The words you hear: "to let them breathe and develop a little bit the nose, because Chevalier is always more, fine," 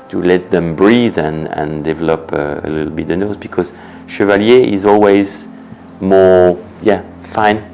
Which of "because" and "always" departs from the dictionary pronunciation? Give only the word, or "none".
none